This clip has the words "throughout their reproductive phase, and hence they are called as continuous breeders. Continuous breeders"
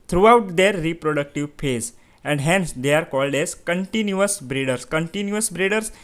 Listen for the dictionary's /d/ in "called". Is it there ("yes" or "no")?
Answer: yes